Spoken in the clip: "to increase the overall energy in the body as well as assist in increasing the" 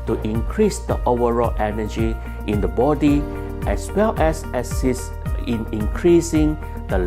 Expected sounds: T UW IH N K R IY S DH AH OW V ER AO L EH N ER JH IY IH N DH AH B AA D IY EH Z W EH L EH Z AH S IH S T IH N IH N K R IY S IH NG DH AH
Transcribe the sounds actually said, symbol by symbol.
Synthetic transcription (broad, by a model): T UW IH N K R IY S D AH OW V ER AO L EH N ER JH IY IH N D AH B AA D IY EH S W EH L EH S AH S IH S IH N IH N K R IY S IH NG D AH